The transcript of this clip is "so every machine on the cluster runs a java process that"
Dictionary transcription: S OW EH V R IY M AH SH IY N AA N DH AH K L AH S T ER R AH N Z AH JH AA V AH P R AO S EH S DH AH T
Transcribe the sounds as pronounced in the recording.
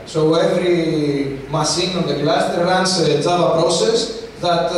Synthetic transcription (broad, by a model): S OW EH V R IY M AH S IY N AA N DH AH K L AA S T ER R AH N S AH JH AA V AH P R AO S EH S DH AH T